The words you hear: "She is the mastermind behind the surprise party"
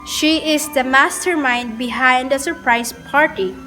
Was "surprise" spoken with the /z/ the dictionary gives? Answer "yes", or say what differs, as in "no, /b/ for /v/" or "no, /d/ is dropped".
no, /s/ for /z/